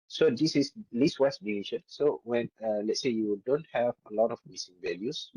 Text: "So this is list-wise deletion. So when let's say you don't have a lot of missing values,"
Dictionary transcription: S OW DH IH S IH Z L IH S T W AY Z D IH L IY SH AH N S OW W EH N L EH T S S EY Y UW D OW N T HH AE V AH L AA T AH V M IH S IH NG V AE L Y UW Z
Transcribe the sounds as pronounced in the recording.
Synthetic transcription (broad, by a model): S OW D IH S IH S L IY S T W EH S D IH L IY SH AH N S OW W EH N L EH T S S EY Y UW D OW N T HH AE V AH L AA T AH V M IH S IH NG V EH L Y UW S